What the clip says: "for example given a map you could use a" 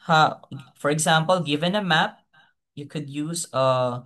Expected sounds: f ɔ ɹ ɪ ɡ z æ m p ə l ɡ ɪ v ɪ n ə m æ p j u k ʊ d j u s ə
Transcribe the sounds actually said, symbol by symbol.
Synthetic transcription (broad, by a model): f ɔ ɹ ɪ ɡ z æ m p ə l ɡ ɪ v ɪ n ə m æ p j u k ʊ d j u s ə